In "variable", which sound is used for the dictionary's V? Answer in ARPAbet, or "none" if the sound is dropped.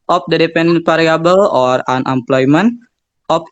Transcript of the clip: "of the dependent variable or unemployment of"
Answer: P